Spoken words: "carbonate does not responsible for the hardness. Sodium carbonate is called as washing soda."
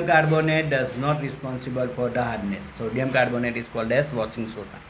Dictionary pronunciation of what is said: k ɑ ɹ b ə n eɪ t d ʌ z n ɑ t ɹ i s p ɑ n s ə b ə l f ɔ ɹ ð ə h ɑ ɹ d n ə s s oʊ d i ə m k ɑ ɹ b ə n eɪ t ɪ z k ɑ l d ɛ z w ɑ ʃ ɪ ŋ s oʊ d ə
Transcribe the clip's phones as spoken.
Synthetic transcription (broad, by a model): k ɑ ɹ b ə n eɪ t d ʌ z n ɑ t ɹ i s p ɑ n s ə b ə l f ɔ ɹ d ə h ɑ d n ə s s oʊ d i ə m k ɑ ɹ b ə n eɪ t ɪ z k ɑ l d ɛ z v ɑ s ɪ ŋ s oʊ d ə